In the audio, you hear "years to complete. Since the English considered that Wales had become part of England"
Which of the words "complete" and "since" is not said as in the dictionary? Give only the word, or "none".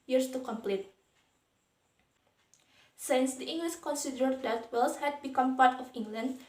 none